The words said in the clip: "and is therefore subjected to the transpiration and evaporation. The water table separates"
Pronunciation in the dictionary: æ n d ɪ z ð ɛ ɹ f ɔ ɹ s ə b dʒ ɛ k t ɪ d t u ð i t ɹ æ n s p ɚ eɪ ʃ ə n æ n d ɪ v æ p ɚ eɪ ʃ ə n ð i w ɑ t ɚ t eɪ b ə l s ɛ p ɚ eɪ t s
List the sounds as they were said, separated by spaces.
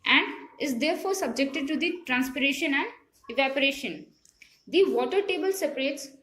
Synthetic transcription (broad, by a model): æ n d ɪ z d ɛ ɹ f ɔ ɹ s ə b dʒ ɛ k t ɪ d t u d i t ɹ æ n s p ɚ eɪ ʃ ə n æ n d ɪ v æ p ɚ eɪ ʃ ə n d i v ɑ t ɚ t eɪ b ə l s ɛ p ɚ eɪ t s